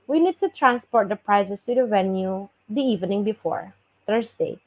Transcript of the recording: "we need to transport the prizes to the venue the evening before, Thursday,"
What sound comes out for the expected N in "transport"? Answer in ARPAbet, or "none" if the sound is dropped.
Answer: N